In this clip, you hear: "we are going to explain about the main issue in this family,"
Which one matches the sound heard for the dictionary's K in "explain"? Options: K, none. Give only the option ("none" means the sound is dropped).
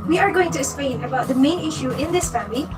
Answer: none